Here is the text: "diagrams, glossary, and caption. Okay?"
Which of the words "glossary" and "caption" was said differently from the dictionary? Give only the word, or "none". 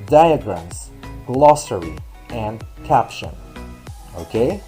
none